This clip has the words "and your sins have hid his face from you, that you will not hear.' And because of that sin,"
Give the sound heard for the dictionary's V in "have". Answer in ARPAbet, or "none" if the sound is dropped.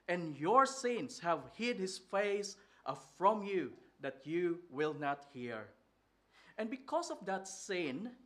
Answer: V